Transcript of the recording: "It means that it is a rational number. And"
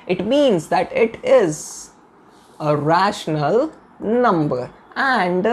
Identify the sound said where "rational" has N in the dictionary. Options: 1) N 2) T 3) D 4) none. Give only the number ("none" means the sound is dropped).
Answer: 1